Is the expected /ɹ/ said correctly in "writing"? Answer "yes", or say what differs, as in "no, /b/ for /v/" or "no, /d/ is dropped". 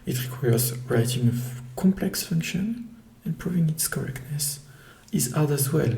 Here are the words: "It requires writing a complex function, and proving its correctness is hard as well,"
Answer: yes